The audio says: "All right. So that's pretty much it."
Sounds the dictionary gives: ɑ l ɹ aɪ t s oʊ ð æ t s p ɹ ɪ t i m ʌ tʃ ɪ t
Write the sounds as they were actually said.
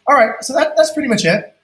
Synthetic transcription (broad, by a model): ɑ l ɹ aɪ t s oʊ ð æ t s p ɹ ɪ t i m ʌ tʃ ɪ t